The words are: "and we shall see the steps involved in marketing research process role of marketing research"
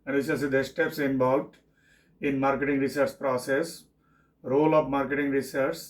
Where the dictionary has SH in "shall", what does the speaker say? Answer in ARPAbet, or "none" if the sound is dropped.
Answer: S